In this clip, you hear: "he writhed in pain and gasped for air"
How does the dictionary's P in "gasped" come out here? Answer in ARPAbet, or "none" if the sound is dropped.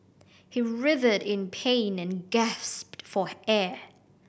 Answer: P